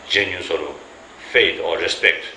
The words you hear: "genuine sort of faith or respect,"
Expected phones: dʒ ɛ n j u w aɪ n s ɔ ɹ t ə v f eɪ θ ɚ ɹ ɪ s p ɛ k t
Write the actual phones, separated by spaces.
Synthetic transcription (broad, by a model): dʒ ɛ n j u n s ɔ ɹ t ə f eɪ t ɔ ɹ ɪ s p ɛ k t